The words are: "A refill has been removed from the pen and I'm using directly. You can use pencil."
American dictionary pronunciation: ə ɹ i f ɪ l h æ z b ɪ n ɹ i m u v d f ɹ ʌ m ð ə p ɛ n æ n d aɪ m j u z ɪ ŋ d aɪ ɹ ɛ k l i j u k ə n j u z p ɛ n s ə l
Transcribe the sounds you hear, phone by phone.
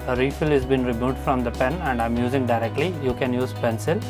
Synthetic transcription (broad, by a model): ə ɹ i f ɪ l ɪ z b ɪ n ɹ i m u d f ɹ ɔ m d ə p ɛ n æ n d aɪ m j u z ɪ ŋ d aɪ ɹ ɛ k l i j u k ə n j u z p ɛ n s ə l